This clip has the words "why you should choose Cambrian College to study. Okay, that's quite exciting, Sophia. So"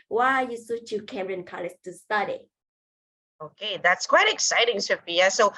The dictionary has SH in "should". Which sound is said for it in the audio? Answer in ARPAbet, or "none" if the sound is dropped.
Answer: S